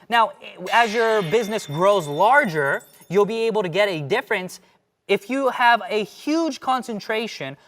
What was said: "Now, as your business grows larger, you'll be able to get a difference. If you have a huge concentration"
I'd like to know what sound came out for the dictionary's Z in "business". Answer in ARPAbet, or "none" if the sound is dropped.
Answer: Z